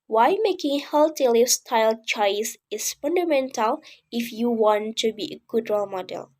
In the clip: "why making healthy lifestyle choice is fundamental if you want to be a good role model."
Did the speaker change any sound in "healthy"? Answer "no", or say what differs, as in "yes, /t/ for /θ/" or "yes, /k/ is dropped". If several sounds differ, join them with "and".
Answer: yes, /t/ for /θ/